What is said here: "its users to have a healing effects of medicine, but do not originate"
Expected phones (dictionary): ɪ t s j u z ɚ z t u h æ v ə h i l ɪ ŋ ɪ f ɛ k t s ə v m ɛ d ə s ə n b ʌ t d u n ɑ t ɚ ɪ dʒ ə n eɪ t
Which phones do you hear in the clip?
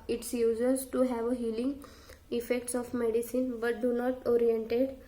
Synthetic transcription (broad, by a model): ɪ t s j u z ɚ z t u h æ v ə h i l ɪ ŋ ɪ f ɛ k t s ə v m ɛ d ə s ə n b ʌ t d u n ɑ t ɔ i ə n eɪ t